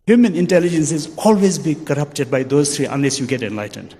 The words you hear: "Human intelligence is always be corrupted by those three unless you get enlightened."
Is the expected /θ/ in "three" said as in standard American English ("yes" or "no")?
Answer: no